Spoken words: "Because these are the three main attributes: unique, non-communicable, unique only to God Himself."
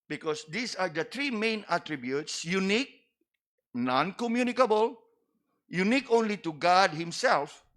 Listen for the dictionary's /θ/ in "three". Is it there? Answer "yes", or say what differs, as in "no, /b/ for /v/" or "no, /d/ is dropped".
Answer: no, /t/ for /θ/